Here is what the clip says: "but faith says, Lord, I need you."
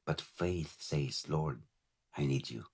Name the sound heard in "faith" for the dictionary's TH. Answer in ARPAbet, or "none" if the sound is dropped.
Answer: TH